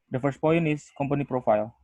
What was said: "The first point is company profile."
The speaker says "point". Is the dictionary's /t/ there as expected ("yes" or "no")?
no